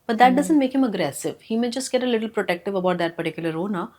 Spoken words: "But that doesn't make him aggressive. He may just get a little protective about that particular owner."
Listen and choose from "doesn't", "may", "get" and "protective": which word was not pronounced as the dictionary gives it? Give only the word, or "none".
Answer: none